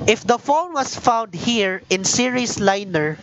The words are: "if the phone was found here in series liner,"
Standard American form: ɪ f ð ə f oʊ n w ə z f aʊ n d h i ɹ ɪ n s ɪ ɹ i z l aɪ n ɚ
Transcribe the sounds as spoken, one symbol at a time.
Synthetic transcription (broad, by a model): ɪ f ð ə f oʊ l w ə s f aʊ n d h i ɹ ɪ n s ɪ ɹ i s l aɪ n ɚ